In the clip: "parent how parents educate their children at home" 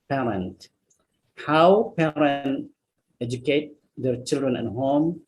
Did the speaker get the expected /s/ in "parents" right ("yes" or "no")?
no